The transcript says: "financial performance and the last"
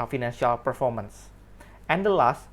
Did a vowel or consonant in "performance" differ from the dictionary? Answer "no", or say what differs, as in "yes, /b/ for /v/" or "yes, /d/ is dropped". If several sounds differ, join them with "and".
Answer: no